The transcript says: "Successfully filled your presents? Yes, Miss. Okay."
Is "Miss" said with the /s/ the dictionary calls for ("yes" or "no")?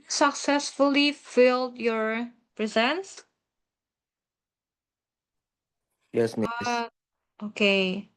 no